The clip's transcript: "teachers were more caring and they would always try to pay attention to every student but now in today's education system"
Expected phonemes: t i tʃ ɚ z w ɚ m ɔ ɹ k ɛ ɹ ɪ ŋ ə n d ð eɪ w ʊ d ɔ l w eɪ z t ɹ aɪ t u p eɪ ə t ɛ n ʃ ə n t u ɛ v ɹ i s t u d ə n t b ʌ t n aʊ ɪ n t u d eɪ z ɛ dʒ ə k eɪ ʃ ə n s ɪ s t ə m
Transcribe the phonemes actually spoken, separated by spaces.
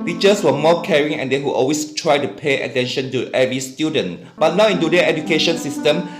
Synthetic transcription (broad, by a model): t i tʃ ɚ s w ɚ m ɔ k ɛ ɹ ɪ ŋ ə n d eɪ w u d ɔ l w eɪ s t ɹ aɪ t u p eɪ ə t ɛ n ʃ ə n t u ɛ v ɹ i s t u d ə n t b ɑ t n aʊ ɪ n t u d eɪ ɛ dʒ ə k eɪ ʃ ə n s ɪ s t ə m